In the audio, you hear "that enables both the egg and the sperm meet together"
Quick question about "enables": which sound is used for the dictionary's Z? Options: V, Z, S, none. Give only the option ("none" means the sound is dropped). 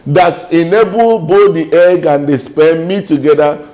none